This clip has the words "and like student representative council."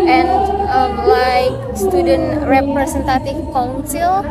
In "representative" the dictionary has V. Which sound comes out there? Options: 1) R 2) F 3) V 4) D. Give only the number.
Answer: 2